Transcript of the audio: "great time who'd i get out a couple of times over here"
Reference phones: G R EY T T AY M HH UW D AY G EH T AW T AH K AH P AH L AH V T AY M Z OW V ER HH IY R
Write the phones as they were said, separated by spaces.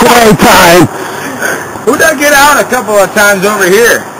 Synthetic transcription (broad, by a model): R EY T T AY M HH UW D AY G EH T AW T AH K AH P L AH V T AY M Z OW V ER HH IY R